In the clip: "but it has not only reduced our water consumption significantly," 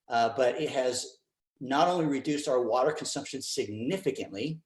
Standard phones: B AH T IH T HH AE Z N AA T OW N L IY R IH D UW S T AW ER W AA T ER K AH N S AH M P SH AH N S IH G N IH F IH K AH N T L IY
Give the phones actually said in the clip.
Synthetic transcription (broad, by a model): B AH T IH T HH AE Z N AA T OW N L IY R IH D UW S T AW ER W AA T ER K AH N S AH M P SH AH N S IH G N IH F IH K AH N T L IY